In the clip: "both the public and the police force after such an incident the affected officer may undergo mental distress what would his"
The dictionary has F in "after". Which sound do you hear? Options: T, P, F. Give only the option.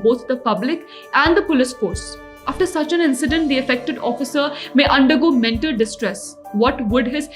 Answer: F